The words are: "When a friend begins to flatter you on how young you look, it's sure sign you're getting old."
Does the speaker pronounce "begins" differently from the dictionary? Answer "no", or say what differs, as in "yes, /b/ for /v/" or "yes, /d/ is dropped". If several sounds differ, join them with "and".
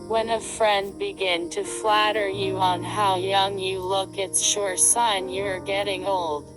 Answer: yes, /z/ is dropped